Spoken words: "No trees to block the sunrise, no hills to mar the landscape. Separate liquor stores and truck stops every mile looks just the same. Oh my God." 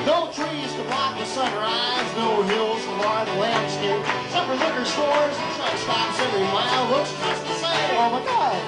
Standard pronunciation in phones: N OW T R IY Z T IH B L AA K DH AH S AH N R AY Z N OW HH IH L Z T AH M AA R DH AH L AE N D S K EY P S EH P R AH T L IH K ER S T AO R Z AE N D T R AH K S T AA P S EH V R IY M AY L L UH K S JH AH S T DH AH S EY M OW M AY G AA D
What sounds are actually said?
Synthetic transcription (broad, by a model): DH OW T R IY Z T IH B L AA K DH AH S AH N R AY Z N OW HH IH L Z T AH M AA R DH AH L AE N D S K EY P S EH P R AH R L IH K ER S T AO R Z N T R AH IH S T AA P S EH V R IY M AY L W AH S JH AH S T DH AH S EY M OW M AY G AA